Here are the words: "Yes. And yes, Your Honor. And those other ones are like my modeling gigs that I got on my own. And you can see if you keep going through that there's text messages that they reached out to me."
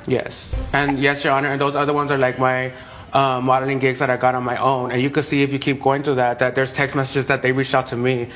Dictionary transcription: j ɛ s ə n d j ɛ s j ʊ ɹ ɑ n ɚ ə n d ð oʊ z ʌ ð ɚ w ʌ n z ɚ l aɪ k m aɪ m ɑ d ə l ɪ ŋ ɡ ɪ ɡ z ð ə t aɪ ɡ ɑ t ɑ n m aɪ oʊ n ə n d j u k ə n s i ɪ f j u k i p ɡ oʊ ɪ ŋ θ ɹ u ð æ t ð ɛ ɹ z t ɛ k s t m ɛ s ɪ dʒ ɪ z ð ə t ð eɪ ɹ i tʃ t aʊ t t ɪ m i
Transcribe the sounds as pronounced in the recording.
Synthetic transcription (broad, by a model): j ɛ s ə n j ɛ s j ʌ ɹ ɑ n ɚ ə n ð oʊ z ʌ ð ɚ w ʌ n z ɚ l aɪ k m aɪ m ɑ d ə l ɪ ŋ ɡ ɪ ɡ z ð ə t aɪ ɡ ɑ t n m aɪ oʊ n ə n j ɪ k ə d s i ɪ f j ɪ k i p ɡ oʊ ɪ ŋ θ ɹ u ð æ t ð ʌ ɹ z t ɛ k s t m ɛ s ɪ dʒ ɪ z ð ə t ð eɪ ɹ i tʃ t aʊ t t ɪ m i